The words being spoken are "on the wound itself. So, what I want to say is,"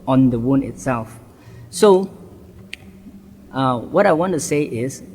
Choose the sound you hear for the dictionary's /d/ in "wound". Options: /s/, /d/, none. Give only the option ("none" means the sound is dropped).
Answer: none